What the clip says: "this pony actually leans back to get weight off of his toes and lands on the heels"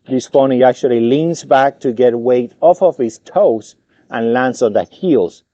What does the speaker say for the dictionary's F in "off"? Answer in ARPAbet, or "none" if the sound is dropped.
F